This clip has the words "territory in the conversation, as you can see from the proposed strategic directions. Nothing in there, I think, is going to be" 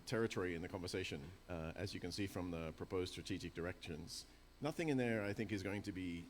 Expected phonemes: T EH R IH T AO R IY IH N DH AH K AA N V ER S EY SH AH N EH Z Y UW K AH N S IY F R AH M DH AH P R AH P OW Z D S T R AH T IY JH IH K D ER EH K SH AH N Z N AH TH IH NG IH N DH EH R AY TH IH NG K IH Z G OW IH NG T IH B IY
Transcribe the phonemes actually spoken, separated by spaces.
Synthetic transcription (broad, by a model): T EH R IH T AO R IY IH N DH AH K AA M V ER S EY SH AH N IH Z Y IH K AH N S IY F R AH M DH AH P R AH P OW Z S T R AH T IY JH IH K D ER EH K SH AH N Z N AH TH IH NG IH N DH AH R AY TH IH NG K IH Z G OW IH NG T IH B IY